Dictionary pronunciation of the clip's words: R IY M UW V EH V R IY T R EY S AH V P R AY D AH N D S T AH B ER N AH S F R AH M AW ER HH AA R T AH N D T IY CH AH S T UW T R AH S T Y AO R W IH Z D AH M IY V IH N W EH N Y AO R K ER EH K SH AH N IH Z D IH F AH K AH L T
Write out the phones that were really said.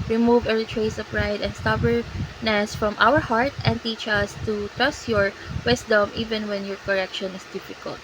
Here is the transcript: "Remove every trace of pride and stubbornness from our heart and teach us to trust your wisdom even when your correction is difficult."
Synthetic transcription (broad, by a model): R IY M UW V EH R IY T R EY S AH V P R AY D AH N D S T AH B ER N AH S F R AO M AW ER HH AA R T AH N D T IY CH AH S T UW T R AH S T Y AO R W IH S D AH M IY V IH N W EH N Y AO R K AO EH K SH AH N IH S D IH F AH K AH L T